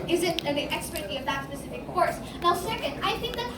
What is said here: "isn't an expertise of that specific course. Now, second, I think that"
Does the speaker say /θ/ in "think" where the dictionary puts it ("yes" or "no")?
yes